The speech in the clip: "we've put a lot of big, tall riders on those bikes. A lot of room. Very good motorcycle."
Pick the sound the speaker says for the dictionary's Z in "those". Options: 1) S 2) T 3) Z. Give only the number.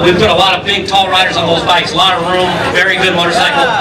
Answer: 3